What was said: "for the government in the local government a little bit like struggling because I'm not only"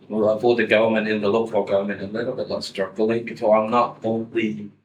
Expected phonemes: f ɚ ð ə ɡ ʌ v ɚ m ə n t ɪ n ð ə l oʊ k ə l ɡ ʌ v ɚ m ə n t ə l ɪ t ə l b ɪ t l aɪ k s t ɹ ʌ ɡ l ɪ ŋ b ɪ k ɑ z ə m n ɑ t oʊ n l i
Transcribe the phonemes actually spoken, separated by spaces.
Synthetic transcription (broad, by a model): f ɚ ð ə ɡ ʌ v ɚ m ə n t ɪ n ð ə l oʊ k ə l ɡ ʌ v ɚ m ə n t ə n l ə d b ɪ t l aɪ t s t ɹ ʌ ɡ l ɪ ŋ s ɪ ɑ ə m n ɑ t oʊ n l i